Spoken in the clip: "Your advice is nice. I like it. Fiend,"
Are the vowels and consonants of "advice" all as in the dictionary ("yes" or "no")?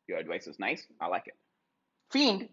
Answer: no